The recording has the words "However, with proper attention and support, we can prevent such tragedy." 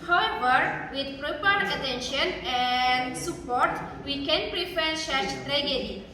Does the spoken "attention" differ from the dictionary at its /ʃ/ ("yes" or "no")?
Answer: no